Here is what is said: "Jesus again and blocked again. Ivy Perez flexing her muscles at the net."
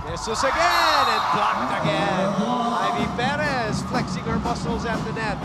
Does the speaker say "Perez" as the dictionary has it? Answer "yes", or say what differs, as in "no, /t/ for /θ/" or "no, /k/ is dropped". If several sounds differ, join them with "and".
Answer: no, /b/ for /p/